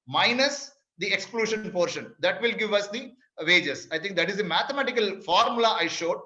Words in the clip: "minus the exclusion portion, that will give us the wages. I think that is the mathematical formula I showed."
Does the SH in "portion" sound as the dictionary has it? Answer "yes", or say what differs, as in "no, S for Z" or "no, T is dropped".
yes